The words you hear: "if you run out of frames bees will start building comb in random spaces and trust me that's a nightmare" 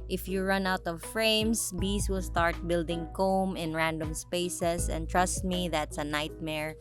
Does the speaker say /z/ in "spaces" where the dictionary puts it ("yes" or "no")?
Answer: no